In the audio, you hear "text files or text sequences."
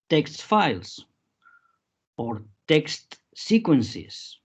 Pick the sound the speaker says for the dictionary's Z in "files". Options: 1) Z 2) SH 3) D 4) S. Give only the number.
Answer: 4